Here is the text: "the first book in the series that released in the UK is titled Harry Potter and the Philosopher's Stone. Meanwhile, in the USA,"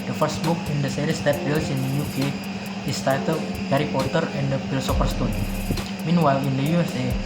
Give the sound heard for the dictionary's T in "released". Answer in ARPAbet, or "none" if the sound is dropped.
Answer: none